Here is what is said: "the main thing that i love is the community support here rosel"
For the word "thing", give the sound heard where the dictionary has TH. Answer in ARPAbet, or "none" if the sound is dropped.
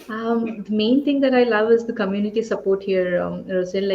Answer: T